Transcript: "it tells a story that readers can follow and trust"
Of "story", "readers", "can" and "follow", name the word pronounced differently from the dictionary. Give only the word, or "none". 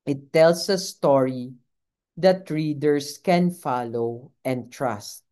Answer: readers